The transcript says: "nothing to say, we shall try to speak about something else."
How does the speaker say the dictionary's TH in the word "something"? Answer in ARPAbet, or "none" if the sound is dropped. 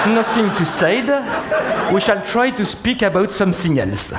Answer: S